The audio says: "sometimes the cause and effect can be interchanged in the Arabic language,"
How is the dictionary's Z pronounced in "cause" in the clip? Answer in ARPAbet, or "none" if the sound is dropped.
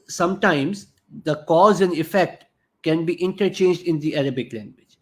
Z